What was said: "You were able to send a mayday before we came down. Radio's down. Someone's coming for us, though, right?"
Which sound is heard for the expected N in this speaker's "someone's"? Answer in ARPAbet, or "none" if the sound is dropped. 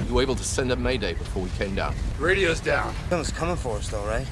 none